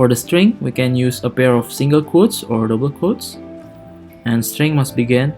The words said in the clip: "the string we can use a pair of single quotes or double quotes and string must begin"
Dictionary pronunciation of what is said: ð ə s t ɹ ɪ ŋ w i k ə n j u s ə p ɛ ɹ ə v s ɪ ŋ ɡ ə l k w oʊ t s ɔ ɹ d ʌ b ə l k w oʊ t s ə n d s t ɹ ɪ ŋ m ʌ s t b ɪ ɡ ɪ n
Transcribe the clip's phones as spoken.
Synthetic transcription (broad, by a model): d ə s t ɹ ɪ ŋ w i k ə n j u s ə p ɛ ɹ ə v s ɪ ŋ ɡ ə l k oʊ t s ɔ ɹ d ʌ b ə l k oʊ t s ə n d s t ɹ ɪ ŋ m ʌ s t b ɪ ɡ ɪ n